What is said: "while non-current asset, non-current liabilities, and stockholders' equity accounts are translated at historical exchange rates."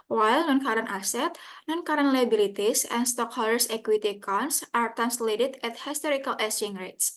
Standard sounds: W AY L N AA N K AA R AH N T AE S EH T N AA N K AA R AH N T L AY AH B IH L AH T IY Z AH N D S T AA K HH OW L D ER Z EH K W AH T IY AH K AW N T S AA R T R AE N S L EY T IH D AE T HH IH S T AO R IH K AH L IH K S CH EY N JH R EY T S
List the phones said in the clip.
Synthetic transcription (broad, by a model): W AY L N AA N K AA R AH N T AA S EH T N AA N K AA R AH N L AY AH B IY L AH T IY S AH N S T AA K HH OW L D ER S EH K W AH T IY K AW N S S AA R T AE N S L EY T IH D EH T HH IH S T AO R IH K AH L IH S EY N R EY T S